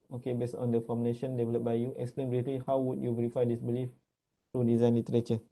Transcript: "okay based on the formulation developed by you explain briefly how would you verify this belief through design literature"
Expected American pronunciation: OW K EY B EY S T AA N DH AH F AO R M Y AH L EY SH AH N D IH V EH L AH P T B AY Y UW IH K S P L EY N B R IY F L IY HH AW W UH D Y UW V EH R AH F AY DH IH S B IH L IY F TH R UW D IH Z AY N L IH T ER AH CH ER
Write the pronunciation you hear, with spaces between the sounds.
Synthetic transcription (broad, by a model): OW K EY B EY S T AA N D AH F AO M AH N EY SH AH N D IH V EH L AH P B AY Y UW IH K S P L EY N B R IY F L IY HH AW W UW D Y UW V EH R AH F AY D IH S B IH L IY F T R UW D IH Z AY N L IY T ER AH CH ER